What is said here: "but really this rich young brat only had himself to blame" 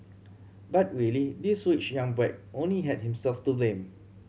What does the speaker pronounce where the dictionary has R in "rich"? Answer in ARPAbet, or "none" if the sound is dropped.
W